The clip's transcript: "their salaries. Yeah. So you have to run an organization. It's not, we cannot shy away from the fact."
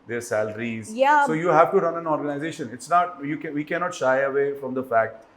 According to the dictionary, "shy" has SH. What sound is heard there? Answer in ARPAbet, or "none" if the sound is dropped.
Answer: SH